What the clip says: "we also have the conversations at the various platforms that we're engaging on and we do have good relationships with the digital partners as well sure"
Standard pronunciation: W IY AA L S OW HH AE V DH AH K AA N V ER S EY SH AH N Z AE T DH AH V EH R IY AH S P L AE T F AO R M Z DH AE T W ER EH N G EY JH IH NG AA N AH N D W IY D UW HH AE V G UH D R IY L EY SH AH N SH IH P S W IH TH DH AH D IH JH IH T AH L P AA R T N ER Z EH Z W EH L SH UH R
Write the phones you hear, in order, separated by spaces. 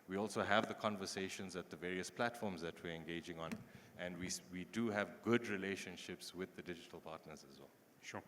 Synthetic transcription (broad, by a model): W IY AA L S OW HH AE V DH AH K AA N V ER S EY SH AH N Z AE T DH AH V EH R IY AH S P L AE T F AO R M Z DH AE T W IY EH N G EY JH IH NG AA N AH N D W IY D UW HH AE V G UH D R IY L EY SH AH N SH IH P S W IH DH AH D IH JH IH T AH L P AA T N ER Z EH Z W EH L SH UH